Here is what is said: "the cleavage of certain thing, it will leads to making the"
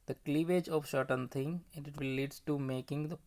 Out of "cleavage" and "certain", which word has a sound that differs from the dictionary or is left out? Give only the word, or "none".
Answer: certain